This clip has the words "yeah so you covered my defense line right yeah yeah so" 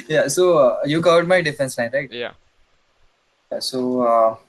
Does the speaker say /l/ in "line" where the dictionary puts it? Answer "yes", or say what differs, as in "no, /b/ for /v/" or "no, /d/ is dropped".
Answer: no, /n/ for /l/